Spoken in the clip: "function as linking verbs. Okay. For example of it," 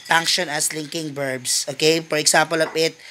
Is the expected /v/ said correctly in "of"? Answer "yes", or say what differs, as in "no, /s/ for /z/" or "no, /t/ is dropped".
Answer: no, /p/ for /v/